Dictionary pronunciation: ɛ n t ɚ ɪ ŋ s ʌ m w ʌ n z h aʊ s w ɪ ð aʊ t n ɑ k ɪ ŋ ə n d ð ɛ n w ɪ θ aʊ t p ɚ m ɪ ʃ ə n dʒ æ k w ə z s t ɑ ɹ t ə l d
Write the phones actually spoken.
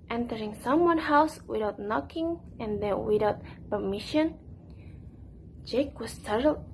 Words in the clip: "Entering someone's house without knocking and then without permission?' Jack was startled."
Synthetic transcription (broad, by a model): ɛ n t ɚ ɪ ŋ s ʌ m w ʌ n h aʊ s w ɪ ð aʊ t n ɑ k ɪ ŋ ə n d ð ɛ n w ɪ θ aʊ t p ɚ m ɪ ʃ ə n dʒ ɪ k w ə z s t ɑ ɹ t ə l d